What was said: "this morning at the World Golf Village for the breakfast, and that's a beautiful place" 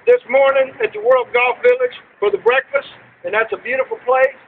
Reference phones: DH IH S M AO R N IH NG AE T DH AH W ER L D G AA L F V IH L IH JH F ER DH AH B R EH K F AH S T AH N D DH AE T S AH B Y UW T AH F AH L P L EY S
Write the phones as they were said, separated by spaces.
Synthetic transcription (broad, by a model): DH IH S M AO R N IH NG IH T DH AH W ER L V G AA L F V IH L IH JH F ER DH AH B R EH K F AH S T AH N DH AE T S AH B Y UW T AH F L P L EY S